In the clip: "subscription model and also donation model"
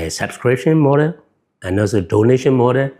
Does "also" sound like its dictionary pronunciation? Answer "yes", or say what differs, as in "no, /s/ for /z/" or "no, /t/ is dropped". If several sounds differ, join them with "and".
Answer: no, /l/ is dropped